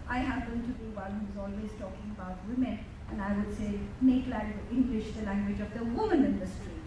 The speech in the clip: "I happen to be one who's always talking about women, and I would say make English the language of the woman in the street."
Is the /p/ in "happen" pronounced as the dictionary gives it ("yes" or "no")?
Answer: no